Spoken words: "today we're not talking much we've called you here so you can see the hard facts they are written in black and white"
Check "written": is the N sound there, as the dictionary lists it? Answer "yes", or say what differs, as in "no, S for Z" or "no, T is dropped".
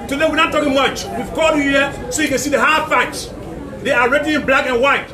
no, N is dropped